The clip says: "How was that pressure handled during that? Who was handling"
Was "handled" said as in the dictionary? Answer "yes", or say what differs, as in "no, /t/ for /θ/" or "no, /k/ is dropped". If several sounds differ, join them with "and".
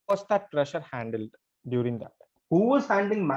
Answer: yes